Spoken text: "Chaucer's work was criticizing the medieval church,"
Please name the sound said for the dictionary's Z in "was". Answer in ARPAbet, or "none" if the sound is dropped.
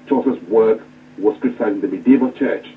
S